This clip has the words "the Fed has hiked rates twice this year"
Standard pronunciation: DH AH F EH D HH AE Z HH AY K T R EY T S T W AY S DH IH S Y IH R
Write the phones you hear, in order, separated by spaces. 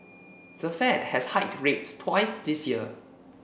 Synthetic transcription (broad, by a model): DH AH F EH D HH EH S HH AY T R EY T S T W AY S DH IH S Y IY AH